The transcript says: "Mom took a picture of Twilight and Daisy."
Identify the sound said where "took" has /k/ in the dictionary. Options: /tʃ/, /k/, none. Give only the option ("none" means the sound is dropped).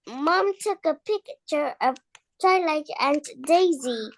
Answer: /k/